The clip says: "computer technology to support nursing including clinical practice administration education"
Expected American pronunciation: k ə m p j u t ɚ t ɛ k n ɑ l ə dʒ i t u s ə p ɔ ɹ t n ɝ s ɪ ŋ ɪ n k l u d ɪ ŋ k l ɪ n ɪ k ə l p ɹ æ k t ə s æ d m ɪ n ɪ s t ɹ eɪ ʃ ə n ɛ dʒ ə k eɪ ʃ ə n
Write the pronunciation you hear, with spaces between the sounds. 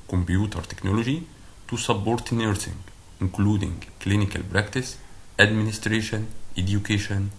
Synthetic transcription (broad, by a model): k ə m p j u t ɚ t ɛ k n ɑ l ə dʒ i t u s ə b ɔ ɹ t n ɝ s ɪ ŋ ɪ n k l u d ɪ ŋ k l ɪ n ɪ k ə l b ɹ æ k t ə s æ d m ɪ n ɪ s t ɹ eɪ ʃ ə n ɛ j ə k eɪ ʃ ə n